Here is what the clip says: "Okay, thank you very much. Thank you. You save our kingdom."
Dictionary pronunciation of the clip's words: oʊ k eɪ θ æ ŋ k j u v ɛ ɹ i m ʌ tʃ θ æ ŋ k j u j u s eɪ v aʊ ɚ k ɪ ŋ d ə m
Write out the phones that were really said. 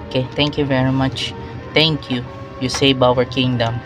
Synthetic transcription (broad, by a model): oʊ k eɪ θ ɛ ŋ k j u v ɛ ɹ i m ʌ tʃ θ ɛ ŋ k j u j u s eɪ b aʊ ɚ k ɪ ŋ d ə m